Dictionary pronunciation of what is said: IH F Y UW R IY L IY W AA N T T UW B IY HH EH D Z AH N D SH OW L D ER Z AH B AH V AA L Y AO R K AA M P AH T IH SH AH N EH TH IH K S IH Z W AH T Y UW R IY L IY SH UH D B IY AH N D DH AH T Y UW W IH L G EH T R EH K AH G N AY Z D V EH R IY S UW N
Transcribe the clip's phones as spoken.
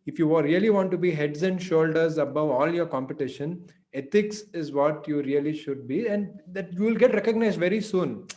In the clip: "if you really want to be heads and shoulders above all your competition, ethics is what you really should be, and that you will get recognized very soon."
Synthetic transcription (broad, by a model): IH F Y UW R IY L IY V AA N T T UW B IY HH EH D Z AH N D SH OW L D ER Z AH B AH V AA L Y AO R K AA M P AH T IH SH AH N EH T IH K S IH Z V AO T Y UW R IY L IY SH UH D B IY AH N D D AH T Y UW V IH L G EH T R EH K AH G N AY Z D V EH R IY S UW N